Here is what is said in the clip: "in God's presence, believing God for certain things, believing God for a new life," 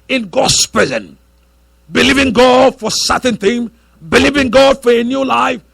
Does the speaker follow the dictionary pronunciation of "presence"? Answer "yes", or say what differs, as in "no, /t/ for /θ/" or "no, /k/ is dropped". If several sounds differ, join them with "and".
no, /s/ is dropped